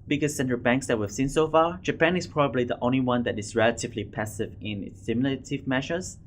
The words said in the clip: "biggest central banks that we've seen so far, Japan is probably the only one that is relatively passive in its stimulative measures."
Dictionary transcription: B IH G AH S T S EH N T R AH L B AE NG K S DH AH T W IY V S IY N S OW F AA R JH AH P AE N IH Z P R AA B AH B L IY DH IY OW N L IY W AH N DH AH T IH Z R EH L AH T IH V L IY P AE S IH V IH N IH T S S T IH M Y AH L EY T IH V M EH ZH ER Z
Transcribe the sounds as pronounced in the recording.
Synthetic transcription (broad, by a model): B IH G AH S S EH N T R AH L B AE NG K S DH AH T W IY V S IY N S OW F AA JH AH P AE N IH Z P R AA B AH B L IY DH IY OW N L IY W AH N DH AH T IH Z R EH L AH T IH V L IY P AE S IH V IH N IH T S S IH M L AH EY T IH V M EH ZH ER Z